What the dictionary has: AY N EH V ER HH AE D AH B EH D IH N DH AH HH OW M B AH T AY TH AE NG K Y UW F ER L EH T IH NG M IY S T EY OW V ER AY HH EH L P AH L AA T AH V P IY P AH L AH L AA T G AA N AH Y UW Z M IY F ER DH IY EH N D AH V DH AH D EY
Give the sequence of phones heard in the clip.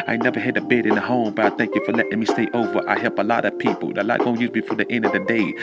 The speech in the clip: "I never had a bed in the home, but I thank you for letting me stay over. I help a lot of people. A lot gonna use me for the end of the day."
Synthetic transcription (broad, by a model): AY N EH V ER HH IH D AH B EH D IH N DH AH HH OW M B AH T AY TH AE NG K Y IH F ER L EH T IH NG M IY S T EY OW V ER AY HH EH L P AH L AA T AH V P IY P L AH L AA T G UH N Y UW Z M IY F ER DH IY EH N D AH V DH AH D EY